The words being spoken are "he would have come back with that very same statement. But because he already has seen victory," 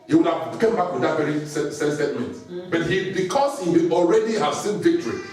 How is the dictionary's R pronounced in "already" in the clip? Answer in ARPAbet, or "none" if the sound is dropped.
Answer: R